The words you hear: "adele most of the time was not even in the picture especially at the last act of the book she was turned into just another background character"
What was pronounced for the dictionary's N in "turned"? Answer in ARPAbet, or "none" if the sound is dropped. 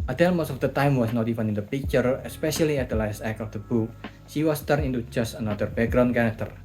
none